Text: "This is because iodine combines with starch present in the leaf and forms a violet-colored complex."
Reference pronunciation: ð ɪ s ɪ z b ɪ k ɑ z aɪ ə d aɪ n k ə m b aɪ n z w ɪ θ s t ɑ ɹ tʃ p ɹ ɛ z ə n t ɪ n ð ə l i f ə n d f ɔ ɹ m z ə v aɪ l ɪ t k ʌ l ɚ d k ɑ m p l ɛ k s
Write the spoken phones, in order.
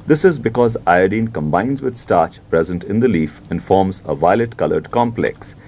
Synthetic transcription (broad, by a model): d ɪ s ɪ z b ɪ k ɑ z aɪ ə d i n k ə m b aɪ n z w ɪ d s t ɑ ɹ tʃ p ɹ ɛ z ə n t ɪ n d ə l i f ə n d f ɔ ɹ m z ə v aɪ l ɪ t k ʌ l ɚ d k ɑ m p l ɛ k s